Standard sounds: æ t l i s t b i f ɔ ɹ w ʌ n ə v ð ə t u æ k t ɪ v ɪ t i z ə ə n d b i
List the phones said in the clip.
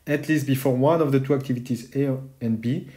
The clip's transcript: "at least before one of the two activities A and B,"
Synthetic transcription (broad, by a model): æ t l i s t b i f ɔ ɹ w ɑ n ə v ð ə t u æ k t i v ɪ t i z ə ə n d b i